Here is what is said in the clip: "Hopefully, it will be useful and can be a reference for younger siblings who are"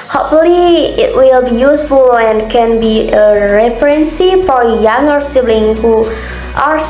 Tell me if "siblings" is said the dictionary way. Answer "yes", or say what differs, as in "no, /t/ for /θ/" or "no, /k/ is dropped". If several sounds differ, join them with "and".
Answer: no, /z/ is dropped